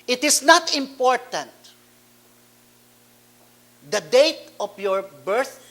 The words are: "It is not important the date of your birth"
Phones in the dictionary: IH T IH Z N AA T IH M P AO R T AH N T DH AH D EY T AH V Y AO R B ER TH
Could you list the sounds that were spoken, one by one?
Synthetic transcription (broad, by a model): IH T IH S N AA T IH M P AO R T AH N T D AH D EY T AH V Y AO R B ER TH